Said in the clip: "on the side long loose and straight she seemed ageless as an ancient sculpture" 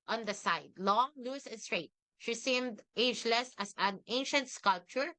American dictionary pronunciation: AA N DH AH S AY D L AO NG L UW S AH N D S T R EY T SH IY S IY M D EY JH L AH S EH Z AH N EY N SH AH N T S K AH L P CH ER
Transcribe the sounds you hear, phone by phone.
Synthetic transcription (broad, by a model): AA N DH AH S AY D L AO L UW S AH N S T R EY T SH IY S IY M D EY JH L AH S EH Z AH N EY N SH AH N T S K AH L P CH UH